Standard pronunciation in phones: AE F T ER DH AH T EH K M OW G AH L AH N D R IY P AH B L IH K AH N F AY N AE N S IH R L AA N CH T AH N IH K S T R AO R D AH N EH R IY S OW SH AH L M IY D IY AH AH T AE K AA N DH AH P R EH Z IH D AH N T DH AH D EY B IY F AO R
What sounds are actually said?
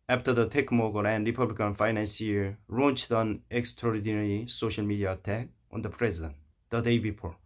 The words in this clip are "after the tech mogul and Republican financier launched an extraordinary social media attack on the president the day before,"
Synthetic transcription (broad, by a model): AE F T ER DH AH T EH K M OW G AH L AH N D R IY P AH B L IH K AH N F AY N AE N S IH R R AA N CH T AH N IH K S T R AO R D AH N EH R IY S OW SH AH L M IY D IY AH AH T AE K AA N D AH P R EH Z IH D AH N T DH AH D EY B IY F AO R